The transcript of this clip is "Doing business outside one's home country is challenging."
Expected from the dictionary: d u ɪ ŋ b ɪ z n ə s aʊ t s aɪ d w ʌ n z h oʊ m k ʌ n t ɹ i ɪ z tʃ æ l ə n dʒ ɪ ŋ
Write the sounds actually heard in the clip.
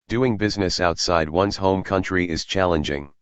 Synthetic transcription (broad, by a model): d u ɪ ŋ b ɪ z n ə s aʊ t s aɪ d w ʌ n z h oʊ m k ʌ n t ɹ i ɪ z tʃ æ l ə n dʒ ɪ ŋ